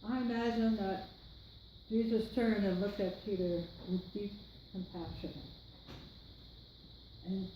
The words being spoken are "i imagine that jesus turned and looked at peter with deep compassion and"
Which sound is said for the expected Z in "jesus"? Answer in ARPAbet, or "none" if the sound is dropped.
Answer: Z